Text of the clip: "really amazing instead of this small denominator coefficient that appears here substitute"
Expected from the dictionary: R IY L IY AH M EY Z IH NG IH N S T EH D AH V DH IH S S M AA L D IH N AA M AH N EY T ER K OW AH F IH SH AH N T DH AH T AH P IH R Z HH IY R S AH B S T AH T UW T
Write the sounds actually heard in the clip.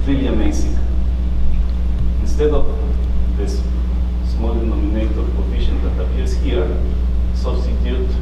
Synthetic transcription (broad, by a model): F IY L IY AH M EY S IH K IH N S T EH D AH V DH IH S S M AA L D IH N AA M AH N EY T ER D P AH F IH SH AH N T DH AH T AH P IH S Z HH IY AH S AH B S T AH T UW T